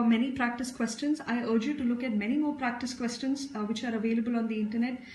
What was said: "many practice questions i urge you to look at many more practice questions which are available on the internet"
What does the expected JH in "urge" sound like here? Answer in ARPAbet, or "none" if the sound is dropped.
JH